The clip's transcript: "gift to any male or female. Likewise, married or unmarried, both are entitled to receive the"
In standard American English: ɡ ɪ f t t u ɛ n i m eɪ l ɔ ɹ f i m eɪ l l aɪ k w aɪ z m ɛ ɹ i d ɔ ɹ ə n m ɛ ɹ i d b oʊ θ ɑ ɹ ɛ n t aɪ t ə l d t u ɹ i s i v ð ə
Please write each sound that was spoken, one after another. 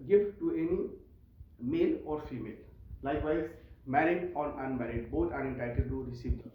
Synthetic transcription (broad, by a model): ɡ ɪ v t t u ɛ n i m eɪ l ɔ ɹ f i m eɪ l l aɪ k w aɪ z m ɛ ɹ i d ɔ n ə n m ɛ ɹ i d b oʊ t ɑ ɹ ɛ n t aɪ t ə d t u ɹ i s i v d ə